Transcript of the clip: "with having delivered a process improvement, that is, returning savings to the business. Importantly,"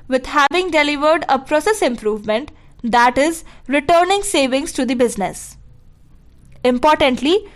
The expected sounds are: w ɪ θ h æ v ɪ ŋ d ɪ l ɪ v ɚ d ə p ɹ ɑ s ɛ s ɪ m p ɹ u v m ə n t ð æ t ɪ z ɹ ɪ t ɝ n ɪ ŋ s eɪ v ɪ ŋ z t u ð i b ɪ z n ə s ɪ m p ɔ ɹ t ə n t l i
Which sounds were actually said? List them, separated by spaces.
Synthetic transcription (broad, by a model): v ɪ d h æ v ɪ ŋ d ɪ l ɪ v ɚ d ə p ɹ ɑ s ɛ s ɪ m p ɹ u v m ə n t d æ t ɪ z ɹ ɪ t ɝ n ɪ ŋ s eɪ v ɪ ŋ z t u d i b ɪ z n ə s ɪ m p ɔ ɹ t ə n t l i